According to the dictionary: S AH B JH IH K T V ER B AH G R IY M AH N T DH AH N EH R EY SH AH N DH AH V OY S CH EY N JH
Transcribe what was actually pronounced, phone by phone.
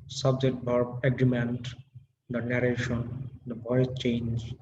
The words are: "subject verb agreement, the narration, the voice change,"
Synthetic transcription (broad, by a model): S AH B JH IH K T B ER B AH G R IY M AH N T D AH N EH R EY SH AH N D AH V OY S CH EY N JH